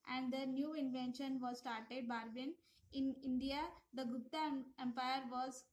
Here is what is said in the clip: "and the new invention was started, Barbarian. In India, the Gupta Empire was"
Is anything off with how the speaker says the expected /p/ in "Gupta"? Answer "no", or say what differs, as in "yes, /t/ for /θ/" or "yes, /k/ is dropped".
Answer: yes, /p/ is dropped